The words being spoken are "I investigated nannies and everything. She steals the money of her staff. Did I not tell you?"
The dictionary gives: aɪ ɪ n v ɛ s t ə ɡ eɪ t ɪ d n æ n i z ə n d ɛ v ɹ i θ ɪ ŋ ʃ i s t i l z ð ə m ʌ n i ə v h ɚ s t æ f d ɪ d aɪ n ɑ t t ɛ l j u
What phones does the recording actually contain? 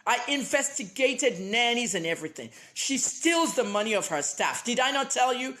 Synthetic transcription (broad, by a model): aɪ ɪ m v ɛ s t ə ɡ eɪ t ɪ d n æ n i z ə n ɛ v ɹ i θ ɪ ŋ ʃ i s t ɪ l z ð ə m ʌ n i ə v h ɚ s t æ f d ɪ d aɪ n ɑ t t ɛ l j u